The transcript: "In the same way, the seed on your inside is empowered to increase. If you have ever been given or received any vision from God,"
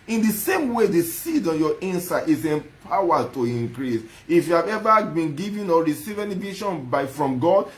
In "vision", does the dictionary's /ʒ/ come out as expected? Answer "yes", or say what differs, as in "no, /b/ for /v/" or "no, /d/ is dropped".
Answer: no, /ʃ/ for /ʒ/